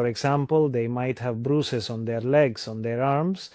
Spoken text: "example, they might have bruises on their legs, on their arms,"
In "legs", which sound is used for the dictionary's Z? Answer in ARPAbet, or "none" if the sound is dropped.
S